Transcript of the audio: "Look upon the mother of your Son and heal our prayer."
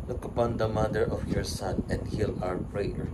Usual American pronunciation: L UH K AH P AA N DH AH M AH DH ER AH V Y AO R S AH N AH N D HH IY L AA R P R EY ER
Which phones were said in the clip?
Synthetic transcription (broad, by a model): L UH K AH P AA N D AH M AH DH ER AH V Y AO R S AH N AH N D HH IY L AA R P R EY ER